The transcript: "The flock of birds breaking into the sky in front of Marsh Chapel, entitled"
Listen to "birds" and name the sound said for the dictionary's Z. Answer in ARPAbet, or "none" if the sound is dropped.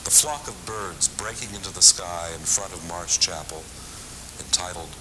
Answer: Z